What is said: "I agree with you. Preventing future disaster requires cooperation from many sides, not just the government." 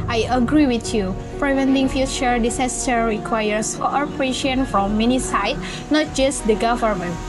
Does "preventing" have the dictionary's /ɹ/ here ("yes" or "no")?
yes